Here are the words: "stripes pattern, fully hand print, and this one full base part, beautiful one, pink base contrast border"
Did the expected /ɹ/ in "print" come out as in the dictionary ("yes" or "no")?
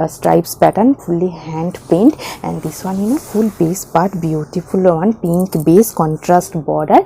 no